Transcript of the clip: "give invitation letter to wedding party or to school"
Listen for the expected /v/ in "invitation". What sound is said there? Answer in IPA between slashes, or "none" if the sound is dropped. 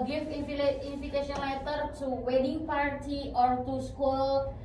/f/